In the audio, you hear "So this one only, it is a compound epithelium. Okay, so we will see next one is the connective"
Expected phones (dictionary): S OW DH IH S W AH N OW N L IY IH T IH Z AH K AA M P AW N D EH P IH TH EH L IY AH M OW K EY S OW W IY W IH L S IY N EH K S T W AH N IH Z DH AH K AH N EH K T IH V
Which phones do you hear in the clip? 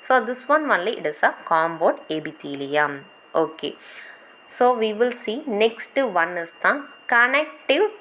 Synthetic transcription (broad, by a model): S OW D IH S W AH N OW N L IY IH T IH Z AH K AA M B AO D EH B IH T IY L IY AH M OW K EY S OW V IY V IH L S IY N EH K S T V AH N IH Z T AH K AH N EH K T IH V